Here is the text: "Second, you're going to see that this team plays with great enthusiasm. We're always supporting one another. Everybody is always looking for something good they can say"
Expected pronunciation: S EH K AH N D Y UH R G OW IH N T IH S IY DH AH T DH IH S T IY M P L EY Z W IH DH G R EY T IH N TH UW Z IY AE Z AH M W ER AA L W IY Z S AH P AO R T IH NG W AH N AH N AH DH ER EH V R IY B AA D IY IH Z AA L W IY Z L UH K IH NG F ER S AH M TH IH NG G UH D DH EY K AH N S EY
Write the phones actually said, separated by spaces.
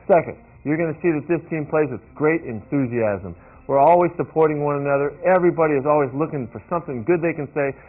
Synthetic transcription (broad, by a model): S EH K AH N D Y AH R G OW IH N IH S IY DH AH T DH IH S T IY M P L EY Z W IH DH G R EY T IH N TH UW Z IY AE Z AH M W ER AA L W IY Z S AH P AO R T IH NG W AH N AH N AH DH ER EH V R IY B AA D IY IH Z AA L W IY Z L UH K IH NG F ER S AH M TH IH NG G UH D DH EY K AH N S EY